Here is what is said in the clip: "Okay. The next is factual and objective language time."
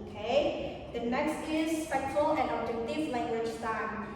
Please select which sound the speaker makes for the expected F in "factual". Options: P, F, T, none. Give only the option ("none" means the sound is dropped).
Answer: P